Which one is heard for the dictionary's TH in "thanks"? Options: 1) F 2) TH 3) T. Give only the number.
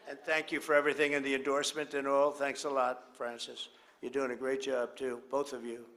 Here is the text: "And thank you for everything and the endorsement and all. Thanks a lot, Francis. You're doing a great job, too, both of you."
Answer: 2